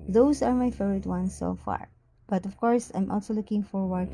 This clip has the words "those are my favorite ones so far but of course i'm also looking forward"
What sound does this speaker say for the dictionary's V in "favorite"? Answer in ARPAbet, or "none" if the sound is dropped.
none